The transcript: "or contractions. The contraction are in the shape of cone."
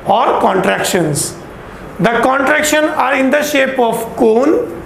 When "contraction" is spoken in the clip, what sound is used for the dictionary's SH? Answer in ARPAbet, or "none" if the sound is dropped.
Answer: SH